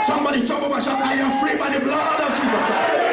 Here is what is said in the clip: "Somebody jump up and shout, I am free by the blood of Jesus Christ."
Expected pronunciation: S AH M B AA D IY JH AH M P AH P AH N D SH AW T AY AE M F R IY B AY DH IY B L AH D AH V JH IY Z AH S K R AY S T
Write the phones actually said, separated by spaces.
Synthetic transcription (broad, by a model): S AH M B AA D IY CH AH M B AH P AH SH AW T AY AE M F R IY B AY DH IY B L AH D AH V JH IY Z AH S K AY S